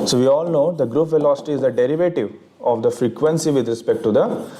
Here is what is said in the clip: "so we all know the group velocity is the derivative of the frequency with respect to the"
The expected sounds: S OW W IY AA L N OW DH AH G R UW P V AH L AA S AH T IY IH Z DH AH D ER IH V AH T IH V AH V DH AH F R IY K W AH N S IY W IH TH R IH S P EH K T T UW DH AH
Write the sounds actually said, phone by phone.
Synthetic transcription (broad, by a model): S OW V IY AA L N OW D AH G R UW P V AH L AA S AH T IY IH Z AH D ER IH V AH T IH V AH V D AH F R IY K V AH N S IY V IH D R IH S P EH K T T UW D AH